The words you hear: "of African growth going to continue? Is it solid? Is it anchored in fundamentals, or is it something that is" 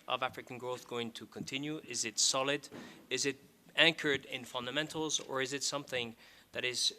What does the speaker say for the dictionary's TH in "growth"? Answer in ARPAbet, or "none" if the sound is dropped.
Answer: TH